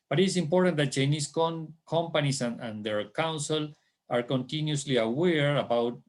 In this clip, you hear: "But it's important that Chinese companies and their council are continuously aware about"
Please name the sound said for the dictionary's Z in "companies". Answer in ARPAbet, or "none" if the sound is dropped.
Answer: S